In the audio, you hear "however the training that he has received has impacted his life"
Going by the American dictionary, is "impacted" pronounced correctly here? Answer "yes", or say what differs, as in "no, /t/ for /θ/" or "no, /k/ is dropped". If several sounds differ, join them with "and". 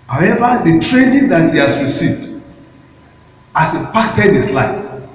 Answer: no, /m/ is dropped